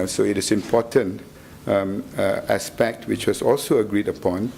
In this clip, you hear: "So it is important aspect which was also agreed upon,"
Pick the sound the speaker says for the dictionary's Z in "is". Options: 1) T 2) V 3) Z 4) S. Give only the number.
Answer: 4